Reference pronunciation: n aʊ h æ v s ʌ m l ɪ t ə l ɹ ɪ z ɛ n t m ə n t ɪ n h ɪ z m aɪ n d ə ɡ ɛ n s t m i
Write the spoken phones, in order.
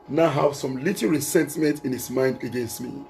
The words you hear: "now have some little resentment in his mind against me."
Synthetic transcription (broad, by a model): n aʊ h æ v s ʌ m l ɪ t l ɹ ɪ s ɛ n t m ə n t ɪ n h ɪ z m aɪ n d ə ɡ ɛ n s t m i